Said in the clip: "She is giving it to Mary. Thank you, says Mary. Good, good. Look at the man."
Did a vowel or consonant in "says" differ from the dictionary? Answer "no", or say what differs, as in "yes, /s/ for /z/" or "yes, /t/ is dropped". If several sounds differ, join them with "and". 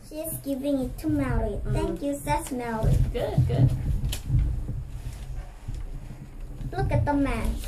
yes, /s/ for /z/